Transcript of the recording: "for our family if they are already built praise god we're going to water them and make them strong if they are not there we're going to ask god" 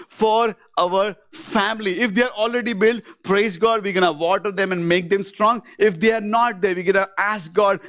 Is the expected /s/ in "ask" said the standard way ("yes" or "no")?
yes